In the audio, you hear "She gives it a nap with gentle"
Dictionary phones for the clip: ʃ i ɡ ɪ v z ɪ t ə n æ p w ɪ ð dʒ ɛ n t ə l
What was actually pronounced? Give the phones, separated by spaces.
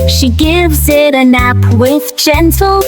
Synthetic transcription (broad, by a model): ʃ i ɡ ɪ v z ɪ t ə n æ p w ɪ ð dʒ ɛ n t l